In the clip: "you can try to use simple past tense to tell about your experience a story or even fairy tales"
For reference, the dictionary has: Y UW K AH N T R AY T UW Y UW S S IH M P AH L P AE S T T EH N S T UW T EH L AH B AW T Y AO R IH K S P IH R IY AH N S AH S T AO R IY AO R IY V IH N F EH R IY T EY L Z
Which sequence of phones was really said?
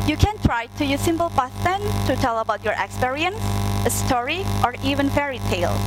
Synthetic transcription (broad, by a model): Y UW K AH N T R AY T UW Y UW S S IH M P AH L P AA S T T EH N T UW T EH L AH B AW T Y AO R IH K S P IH R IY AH N S AH S T AO R IY AO R IY V IH N F EH R IY T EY L